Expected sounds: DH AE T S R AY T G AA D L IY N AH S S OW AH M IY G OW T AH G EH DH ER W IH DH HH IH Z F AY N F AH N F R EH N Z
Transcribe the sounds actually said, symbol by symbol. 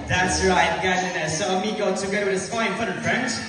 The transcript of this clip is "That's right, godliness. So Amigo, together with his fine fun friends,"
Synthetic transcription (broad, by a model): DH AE T S R AY T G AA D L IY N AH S S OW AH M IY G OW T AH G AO UH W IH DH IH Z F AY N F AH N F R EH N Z